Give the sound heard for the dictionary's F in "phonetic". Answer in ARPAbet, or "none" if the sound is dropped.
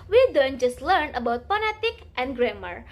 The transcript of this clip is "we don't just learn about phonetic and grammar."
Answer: P